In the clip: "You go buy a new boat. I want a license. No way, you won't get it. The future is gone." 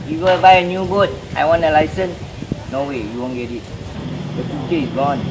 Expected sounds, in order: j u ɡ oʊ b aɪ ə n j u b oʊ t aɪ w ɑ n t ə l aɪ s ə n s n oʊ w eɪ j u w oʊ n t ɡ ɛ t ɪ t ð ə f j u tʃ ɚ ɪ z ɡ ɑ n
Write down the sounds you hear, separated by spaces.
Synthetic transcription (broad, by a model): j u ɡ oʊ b aɪ ə n j u b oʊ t aɪ w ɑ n ə l aɪ s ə n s n oʊ w eɪ j u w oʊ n ɡ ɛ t ɪ t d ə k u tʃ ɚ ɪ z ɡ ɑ n